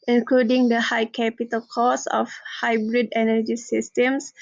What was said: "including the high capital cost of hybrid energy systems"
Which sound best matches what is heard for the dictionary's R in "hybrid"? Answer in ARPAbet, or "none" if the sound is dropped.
R